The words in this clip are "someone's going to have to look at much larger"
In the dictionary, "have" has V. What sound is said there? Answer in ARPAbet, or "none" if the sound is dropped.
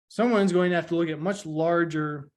F